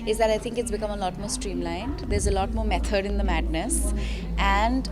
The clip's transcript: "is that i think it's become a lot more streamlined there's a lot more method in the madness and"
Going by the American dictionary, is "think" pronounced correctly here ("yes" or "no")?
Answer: no